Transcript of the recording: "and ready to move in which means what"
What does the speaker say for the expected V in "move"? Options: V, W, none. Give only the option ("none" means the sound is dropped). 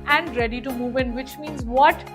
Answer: V